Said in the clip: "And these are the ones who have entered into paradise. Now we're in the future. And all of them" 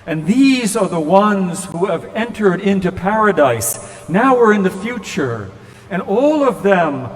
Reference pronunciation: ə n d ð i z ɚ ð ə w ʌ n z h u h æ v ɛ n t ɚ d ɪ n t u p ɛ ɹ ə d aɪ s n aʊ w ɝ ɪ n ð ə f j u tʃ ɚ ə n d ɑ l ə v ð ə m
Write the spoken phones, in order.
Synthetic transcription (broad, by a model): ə n ð i z ɚ ð ə w ʌ n z h u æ v ɛ n t ɚ d ɪ n t u p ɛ ɹ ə d aɪ s n aʊ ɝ ɪ n ð ə f j u tʃ ɚ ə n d ɑ l ə v ð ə m